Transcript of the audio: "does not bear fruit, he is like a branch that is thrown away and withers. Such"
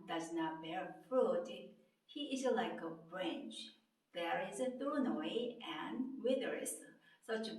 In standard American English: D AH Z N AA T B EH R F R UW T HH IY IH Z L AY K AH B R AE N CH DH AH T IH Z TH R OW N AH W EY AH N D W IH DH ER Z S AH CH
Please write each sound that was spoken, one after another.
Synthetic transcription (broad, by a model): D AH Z N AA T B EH R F R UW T HH IY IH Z L AY K AH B R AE N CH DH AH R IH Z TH OW N AH W EY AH N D W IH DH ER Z S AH CH